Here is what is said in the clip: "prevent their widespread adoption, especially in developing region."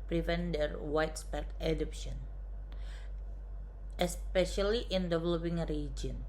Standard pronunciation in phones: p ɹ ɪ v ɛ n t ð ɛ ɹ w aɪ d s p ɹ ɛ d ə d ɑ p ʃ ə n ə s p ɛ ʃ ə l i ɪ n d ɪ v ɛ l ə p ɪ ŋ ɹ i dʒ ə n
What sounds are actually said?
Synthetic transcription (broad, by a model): p ɹ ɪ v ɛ n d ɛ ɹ w aɪ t s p ɛ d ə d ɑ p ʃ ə n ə s p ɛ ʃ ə l i ɪ n d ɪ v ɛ l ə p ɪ ŋ ɹ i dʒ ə n